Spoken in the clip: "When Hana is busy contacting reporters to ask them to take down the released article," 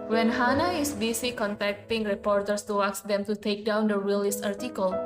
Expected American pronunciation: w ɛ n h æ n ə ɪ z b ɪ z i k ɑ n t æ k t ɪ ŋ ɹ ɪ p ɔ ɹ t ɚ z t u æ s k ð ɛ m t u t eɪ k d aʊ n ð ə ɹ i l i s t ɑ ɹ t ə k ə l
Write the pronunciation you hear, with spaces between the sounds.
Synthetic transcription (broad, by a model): w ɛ n h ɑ n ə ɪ s b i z i k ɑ n t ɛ k t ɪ ŋ ɹ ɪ p ɔ ɹ t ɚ s t u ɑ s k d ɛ m t u t eɪ k d aʊ n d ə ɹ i l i s ɑ ɹ t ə k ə l